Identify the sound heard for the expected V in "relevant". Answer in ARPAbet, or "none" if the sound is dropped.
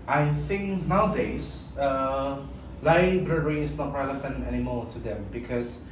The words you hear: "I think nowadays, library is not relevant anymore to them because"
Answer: F